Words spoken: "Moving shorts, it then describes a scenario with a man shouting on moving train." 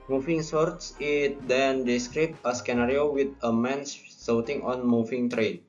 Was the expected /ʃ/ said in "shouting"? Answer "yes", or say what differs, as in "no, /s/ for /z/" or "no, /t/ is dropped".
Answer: no, /s/ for /ʃ/